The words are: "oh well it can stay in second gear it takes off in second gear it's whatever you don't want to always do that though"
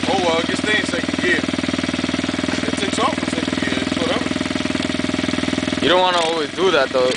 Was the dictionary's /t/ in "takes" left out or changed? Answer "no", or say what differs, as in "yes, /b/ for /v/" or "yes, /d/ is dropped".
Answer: yes, /s/ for /t/